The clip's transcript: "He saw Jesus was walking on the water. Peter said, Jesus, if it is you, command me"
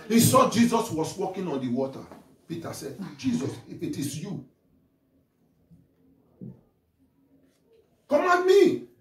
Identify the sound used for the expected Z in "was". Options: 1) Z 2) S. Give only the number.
2